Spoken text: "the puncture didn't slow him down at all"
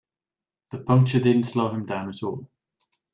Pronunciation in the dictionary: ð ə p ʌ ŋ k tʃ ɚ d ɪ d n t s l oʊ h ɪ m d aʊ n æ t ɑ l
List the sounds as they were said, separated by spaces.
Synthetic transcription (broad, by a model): ð ə p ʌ ŋ k tʃ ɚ d ɪ d n t s l oʊ h ɪ m d aʊ n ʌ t ɑ l